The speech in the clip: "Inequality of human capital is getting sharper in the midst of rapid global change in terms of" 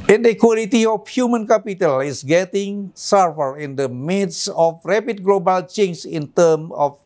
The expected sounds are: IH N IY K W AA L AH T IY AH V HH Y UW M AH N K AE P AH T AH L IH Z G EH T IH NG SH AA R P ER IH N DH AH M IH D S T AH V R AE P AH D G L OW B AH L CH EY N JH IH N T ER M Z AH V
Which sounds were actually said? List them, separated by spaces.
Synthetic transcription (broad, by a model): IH N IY K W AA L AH T IY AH F HH Y UW M AH N K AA P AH T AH L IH S G EH T IH NG S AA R F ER IH N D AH M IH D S AH F R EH P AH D G L OW B AH L CH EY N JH IH N T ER M AH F